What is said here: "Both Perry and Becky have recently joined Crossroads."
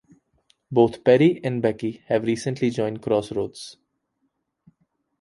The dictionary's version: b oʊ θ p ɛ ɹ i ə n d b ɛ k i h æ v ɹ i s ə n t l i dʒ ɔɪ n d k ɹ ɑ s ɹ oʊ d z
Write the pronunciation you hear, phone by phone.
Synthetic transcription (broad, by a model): b oʊ t p ɛ ɹ i ə n d b ɛ k i h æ v ɹ i s ə n t l i dʒ ɔɪ n d k ɹ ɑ s ɹ oʊ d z